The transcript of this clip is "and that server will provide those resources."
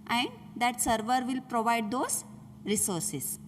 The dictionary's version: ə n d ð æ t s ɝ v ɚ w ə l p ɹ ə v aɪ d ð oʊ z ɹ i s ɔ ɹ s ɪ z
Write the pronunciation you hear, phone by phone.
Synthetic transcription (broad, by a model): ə n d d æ t s ɝ v ɚ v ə l p ɹ ə v aɪ d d oʊ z ɹ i s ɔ ɹ s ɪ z